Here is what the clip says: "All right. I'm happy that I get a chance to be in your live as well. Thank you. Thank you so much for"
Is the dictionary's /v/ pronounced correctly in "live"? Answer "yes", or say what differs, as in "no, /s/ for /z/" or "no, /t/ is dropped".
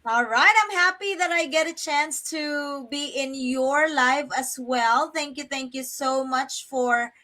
no, /f/ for /v/